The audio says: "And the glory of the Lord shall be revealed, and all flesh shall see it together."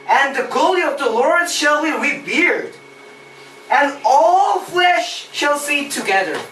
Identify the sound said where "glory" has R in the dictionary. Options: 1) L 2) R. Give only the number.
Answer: 1